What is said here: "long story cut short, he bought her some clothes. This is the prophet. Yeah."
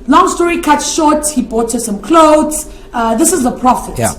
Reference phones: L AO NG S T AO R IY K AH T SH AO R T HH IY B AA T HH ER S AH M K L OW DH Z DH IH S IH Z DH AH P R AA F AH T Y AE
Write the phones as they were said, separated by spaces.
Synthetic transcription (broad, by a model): L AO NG S T AO R IY K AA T SH AO T HH IY B AA T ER S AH M K L OW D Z DH IH S IH Z DH AH P R AA F AH T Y